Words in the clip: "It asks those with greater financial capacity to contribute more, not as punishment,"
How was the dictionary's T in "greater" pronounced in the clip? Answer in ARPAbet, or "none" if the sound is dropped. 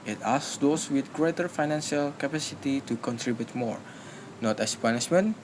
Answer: T